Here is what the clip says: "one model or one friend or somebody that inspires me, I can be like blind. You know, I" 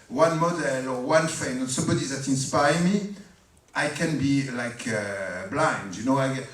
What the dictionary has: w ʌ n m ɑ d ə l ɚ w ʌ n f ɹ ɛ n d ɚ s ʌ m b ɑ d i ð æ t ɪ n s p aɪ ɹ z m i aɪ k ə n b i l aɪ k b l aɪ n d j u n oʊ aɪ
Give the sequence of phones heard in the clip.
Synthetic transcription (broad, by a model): w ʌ n m ɑ d ə l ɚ w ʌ n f ɛ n ɚ s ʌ m b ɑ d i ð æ t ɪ n s p aɪ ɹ m i aɪ k ə n b i l aɪ k b l aɪ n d j u n oʊ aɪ